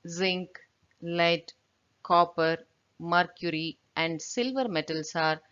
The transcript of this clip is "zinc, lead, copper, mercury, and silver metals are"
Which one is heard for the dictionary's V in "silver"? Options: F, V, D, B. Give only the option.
V